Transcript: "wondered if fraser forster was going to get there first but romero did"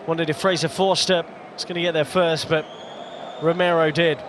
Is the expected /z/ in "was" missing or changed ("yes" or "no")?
yes